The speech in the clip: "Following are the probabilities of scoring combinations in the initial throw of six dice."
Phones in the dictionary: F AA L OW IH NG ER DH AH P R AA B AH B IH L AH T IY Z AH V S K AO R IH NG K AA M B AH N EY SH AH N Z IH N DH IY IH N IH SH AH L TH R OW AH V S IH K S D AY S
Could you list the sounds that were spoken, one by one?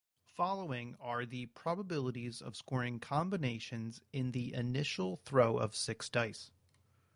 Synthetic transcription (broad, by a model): F AA L OW IH NG ER DH AH P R AA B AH B IH L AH T IY Z AH V S K AO R IH NG K AA M B AH N EY SH AH N Z IH N DH IY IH N IH SH L TH R OW AH V S IH K S D AY S